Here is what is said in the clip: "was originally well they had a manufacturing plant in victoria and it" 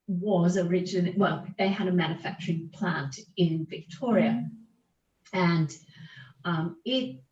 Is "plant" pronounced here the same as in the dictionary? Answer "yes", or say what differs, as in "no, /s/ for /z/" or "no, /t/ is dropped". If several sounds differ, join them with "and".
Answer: yes